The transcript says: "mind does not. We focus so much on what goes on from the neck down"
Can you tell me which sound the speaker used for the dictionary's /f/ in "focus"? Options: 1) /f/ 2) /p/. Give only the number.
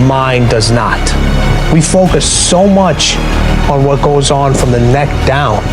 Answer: 1